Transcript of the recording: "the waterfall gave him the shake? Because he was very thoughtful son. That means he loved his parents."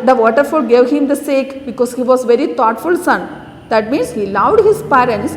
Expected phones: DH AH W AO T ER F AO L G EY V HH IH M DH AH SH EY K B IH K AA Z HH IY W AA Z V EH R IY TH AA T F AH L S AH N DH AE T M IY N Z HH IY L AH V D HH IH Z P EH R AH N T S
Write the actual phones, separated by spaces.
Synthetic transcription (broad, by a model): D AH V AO T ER F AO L G EY V HH IH M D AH S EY K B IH K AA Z HH IY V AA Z V EH R IY T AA T F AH L S AH N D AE T M IY N S HH IY L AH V D HH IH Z P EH R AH N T S